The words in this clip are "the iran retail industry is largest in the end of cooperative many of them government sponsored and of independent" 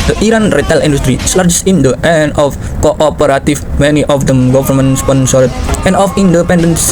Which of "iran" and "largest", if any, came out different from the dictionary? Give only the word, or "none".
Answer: largest